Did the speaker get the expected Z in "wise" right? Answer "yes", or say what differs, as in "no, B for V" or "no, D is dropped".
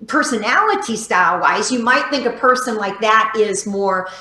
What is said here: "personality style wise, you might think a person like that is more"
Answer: yes